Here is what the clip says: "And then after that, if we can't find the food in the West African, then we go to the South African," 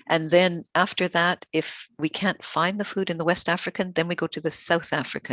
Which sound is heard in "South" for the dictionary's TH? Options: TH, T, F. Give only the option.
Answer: TH